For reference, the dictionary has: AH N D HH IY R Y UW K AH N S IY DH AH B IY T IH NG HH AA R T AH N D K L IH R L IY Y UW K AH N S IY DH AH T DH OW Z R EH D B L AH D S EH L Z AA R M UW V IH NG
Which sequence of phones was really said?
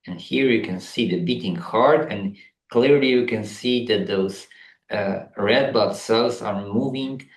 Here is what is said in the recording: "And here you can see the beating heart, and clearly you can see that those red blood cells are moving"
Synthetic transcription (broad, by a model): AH N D HH IY R Y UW K AH N S IY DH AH B IY T IH NG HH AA R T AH N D K L IH R L IY Y UW K AH N S IY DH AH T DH OW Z R EH D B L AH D S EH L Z AA R M UW V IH NG